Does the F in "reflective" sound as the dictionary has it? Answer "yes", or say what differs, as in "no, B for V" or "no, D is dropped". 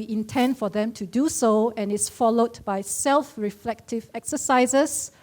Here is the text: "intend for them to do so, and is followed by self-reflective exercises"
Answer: yes